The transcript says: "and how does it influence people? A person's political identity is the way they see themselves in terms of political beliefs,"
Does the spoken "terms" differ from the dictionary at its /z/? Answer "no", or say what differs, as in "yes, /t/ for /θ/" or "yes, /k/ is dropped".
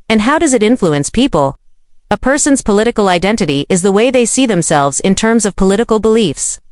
no